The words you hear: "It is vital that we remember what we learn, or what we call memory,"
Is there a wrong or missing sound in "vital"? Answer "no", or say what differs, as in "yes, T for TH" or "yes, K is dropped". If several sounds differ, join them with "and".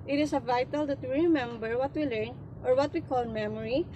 no